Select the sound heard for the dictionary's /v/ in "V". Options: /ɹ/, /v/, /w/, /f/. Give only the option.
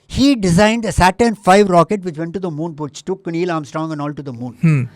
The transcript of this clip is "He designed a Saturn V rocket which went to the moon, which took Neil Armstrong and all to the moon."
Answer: /f/